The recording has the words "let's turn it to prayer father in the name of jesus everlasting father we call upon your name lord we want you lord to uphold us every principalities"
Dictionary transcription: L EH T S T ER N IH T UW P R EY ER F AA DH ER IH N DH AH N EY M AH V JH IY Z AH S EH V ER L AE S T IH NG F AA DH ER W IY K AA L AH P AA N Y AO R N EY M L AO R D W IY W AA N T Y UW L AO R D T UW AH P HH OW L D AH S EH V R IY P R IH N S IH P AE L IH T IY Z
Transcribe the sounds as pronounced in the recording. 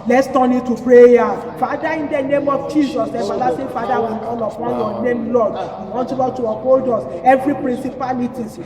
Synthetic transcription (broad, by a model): L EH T S T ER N IH T UW P R EY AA F AA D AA IH N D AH N EY M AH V JH IY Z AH S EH F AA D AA S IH F AA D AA W IY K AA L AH F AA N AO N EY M L AO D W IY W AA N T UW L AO T UW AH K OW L D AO S EH V R IY P R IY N S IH P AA L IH T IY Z